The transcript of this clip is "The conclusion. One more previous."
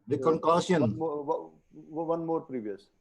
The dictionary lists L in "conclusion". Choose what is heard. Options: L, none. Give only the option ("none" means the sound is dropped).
none